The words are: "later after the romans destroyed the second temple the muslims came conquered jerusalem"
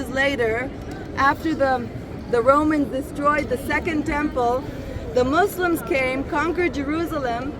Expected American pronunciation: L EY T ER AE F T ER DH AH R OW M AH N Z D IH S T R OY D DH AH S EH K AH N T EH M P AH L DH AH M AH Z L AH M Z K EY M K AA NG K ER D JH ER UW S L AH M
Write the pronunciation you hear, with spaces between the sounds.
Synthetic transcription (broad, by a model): L EY T ER AE F T ER DH AH R OW M AH N Z D IH S T R OY D DH AH S EH K AH N T EH M P AH L DH AH M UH S L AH M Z K EY M K AA NG K ER D JH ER UW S L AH M